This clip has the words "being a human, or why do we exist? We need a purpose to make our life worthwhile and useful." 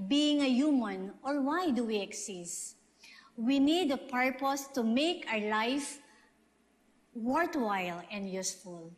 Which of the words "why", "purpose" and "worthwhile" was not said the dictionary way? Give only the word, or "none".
worthwhile